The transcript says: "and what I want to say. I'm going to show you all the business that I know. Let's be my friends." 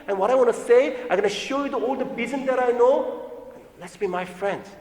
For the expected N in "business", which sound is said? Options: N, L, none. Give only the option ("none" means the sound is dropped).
none